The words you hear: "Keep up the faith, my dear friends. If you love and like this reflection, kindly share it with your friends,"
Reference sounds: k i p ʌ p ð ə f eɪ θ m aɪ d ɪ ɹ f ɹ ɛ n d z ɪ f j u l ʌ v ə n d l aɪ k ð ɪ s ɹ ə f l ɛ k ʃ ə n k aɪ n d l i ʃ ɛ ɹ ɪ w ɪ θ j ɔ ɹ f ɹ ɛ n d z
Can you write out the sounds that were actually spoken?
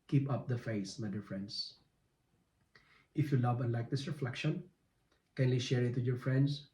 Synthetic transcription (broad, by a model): k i p ʌ p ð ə f eɪ s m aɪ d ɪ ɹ f ɹ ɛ n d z ɪ f j u l ʌ v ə n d l aɪ k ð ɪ s ɹ ə f l ɛ k ʃ ə n k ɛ n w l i ʃ ɛ ɹ ɪ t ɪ j ɔ ɹ f ɹ ɛ n d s